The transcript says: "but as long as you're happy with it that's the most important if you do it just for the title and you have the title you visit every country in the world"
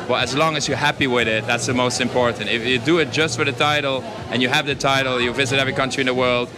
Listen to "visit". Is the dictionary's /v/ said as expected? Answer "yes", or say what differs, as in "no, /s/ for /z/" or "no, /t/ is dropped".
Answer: yes